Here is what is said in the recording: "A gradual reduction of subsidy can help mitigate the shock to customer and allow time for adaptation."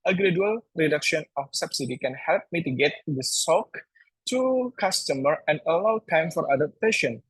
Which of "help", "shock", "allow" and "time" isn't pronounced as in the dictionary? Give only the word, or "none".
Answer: shock